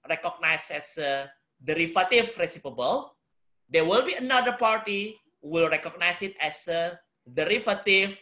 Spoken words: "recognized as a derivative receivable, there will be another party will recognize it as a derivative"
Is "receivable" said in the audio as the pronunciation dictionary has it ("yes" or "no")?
no